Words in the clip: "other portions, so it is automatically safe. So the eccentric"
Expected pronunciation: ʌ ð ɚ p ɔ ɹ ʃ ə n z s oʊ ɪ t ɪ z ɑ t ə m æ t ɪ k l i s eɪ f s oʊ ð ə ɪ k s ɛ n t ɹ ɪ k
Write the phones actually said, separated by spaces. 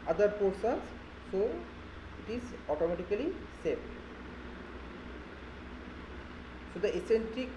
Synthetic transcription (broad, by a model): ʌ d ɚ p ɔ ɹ s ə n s s oʊ ɪ t ɪ z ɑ t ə m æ t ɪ k l i s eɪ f s oʊ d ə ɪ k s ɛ n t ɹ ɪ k